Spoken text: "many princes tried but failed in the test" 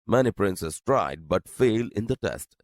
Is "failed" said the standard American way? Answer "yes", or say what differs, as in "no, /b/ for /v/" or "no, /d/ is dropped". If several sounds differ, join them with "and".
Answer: no, /d/ is dropped